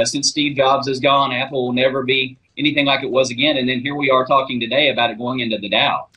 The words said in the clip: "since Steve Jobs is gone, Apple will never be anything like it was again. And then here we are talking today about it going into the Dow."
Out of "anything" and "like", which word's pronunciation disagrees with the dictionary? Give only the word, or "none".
none